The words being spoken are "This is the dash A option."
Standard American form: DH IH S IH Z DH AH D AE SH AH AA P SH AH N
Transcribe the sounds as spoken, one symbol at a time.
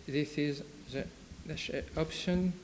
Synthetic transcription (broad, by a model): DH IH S IH Z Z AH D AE S AH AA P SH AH N